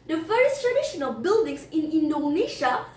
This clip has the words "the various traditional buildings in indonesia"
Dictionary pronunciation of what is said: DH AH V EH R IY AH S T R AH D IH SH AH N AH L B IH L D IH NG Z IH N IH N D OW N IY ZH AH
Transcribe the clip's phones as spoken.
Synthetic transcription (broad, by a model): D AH F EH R S T R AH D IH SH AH N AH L B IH L D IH NG S IH N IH N D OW N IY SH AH